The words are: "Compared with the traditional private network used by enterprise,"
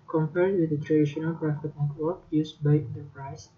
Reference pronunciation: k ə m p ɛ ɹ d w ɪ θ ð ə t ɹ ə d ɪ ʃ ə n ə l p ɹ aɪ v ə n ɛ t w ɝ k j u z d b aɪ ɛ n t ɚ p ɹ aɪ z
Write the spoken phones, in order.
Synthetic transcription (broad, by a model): k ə m p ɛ ɹ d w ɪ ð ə t ɹ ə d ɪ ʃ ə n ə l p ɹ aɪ f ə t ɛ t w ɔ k j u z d b aɪ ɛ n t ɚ p ɹ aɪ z